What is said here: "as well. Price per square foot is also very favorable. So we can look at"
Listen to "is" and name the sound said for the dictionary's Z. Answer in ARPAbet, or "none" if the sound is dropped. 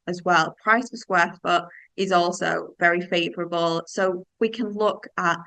Z